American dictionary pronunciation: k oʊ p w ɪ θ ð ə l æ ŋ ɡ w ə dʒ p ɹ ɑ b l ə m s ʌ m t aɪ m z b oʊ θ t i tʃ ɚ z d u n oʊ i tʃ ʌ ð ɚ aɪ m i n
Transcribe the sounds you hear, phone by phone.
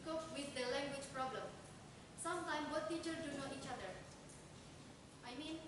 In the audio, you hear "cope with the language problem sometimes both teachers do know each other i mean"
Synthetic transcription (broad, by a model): k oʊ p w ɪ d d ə l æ ŋ ɡ w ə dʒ p ɹ ɑ b l ə m s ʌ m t aɪ m b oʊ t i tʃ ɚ d u n oʊ i tʃ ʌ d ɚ aɪ m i n